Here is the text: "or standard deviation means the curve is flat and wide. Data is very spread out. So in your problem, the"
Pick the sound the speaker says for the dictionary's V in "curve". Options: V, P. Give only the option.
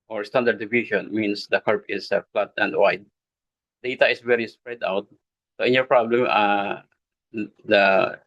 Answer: P